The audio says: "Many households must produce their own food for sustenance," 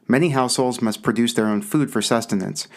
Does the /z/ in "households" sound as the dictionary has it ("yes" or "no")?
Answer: yes